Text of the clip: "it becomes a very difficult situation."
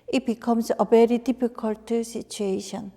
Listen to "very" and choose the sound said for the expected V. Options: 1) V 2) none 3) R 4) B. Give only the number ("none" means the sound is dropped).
4